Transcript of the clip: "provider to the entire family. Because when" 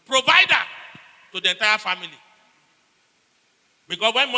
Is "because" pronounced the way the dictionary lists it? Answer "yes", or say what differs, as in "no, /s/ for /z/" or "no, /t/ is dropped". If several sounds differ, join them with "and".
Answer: no, /s/ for /z/